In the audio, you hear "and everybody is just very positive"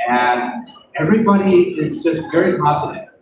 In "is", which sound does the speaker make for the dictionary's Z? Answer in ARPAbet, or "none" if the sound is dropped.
Z